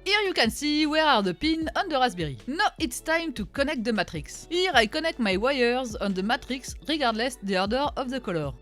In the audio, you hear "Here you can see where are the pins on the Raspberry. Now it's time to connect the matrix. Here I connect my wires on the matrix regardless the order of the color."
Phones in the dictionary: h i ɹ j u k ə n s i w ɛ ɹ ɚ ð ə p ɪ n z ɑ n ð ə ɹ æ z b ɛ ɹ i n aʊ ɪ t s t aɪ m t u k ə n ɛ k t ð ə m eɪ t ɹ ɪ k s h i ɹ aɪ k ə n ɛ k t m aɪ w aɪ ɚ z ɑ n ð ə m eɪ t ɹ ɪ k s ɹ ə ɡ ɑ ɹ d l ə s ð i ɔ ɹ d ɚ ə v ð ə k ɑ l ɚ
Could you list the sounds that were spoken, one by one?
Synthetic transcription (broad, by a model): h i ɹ j u k ə n s i w ɛ ɹ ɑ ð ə p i n ɑ n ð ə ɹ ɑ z b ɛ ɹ i n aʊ ɪ t s t aɪ m t u k ə n ɛ k t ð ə m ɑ t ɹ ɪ k s h i ɹ aɪ k ə n ɛ k t m aɪ w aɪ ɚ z ɑ n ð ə m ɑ t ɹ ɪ k s ɹ ə ɡ ɑ ɹ d l ə s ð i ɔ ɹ d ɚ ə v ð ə k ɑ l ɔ